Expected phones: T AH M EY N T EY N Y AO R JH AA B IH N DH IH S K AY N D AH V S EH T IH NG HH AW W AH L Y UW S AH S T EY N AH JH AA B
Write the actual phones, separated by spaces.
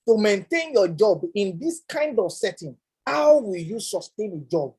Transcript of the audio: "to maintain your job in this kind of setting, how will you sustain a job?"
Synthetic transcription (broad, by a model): T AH M EY N T EY N Y AO JH AA B IH N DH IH S K AY N D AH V S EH T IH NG HH AW W AH L Y UW S AH S T EY N AH JH AA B